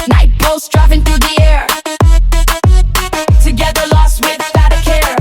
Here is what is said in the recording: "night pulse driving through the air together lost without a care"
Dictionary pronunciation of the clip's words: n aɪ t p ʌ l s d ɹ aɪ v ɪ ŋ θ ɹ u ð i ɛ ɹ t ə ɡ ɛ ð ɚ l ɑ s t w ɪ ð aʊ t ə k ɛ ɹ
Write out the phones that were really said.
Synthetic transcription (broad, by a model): n aɪ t b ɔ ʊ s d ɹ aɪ f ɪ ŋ θ ɹ u ð i ɛ ɹ t ə ɡ ɛ ð ɚ l ɑ s t w ɪ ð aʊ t ə k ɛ ɹ